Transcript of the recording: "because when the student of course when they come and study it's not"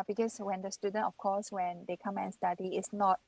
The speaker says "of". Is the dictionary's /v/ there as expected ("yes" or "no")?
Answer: no